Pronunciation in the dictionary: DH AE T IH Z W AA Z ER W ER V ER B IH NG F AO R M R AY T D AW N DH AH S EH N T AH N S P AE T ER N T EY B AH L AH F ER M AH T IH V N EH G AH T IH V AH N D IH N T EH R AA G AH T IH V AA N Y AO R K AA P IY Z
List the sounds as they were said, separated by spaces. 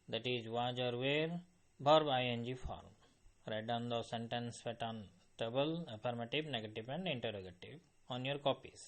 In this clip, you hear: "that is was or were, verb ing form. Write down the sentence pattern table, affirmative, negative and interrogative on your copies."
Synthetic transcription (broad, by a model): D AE T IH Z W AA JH ER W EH B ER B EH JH F AO R M R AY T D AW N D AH S EH N T AH N S F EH T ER N T EY B AH L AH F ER M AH T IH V N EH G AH T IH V AH N D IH N T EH R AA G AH T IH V AA N Y AO R K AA P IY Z